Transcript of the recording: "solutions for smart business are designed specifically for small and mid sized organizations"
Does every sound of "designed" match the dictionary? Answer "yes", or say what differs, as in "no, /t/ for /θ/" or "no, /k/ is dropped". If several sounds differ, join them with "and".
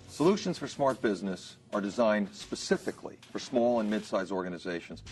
yes